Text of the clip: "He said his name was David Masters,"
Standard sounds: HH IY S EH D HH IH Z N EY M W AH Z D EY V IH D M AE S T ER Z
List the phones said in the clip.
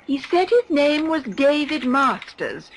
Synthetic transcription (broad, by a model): HH IY S EH D HH IH Z N EY M W AH Z D EY V IH D M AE S T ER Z